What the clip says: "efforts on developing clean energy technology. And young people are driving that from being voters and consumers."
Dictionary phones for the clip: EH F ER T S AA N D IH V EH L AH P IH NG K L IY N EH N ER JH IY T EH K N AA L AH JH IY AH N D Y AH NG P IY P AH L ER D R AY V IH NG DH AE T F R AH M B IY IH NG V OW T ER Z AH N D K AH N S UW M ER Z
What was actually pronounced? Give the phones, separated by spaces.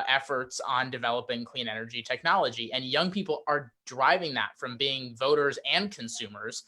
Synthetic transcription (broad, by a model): EH F ER T S N D IH V EH L AH P IH NG K L IY N EH N ER JH IY T EH K N AA L AH JH IY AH N Y AH NG P IY P L ER D R AY V IH NG DH AE T F R AH M B IY IH NG V OW T ER Z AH N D K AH N S UW M ER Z